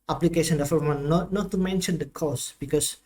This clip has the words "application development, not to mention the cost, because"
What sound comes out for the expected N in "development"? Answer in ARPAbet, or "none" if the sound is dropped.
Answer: none